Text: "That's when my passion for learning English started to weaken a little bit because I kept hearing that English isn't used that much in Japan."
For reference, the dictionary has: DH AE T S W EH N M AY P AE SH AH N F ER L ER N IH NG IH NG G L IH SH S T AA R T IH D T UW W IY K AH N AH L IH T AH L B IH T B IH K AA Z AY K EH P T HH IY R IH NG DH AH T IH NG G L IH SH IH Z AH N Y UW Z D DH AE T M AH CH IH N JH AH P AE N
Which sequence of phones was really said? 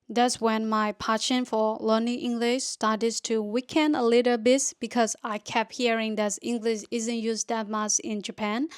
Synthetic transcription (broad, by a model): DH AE T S W EH N M AY P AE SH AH N F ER L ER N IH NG IH NG G L IH SH S T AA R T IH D T UW W IY K AH N AH L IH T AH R B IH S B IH K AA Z AY K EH P HH IY R IH NG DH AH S IH NG G L IH SH IH Z AH N Y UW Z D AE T M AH S IH N JH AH P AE N